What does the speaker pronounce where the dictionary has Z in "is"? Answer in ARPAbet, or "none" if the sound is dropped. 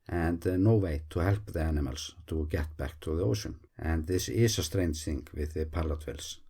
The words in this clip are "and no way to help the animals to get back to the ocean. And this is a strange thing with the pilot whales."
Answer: S